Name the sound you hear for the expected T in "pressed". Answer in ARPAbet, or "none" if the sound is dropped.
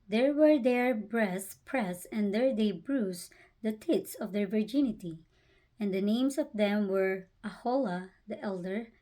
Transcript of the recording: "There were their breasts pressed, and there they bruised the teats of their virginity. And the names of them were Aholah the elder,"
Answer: none